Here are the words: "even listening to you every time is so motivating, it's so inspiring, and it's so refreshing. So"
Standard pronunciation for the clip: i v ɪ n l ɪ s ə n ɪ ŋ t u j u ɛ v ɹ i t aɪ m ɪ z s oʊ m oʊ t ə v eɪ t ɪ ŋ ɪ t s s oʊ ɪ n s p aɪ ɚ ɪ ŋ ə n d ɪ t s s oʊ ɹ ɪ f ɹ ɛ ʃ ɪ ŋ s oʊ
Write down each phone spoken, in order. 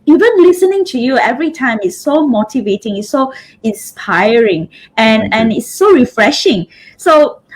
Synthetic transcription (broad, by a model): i v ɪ n l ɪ s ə n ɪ ŋ t u j u ɛ v ɹ i t aɪ m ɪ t s oʊ m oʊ t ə v eɪ t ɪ ŋ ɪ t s s oʊ ɪ n s p aɪ ɚ ɪ ŋ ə n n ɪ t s s oʊ ɹ ɪ f ɹ ɛ ʃ ɪ ŋ s oʊ